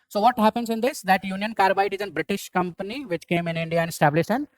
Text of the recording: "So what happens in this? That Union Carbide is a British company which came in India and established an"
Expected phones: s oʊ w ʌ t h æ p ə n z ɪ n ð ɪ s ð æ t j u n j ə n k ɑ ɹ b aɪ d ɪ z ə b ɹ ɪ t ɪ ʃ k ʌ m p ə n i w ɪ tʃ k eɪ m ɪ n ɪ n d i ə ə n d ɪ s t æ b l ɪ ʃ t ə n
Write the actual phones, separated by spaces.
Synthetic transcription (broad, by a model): s oʊ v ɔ t h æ p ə n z ɪ n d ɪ s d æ t j u n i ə n k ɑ ɹ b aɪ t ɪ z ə b ɹ ɪ t ɪ ʃ k ʌ m p ə n i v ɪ tʃ k eɪ m ɪ n ɪ n d i ə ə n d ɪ s t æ b l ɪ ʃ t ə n